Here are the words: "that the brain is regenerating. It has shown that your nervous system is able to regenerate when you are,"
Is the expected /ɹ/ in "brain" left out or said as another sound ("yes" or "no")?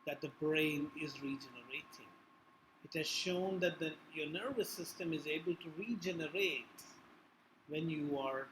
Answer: no